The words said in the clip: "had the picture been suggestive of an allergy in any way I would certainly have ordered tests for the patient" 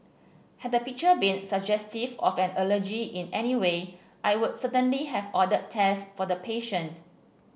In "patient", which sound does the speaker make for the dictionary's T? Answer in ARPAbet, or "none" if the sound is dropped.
T